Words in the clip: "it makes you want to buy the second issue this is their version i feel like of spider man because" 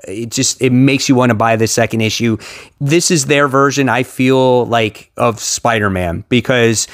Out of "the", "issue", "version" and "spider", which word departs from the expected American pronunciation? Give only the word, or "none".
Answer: none